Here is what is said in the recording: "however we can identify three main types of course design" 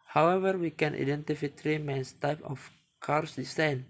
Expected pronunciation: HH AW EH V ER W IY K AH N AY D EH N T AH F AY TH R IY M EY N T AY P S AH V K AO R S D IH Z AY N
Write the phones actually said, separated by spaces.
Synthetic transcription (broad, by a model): HH AW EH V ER W IY K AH N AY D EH N T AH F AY T R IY M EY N T AY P AH F K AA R S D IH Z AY N